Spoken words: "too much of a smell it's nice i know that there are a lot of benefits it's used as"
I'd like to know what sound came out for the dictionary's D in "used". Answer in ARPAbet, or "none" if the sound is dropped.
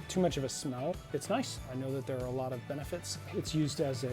D